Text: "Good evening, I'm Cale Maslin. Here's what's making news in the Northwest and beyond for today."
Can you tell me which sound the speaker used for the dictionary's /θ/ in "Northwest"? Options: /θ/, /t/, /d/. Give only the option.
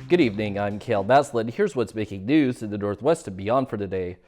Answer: /θ/